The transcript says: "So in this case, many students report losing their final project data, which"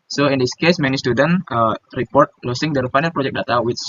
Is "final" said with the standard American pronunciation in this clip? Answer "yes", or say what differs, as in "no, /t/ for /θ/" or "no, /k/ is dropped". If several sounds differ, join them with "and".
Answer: yes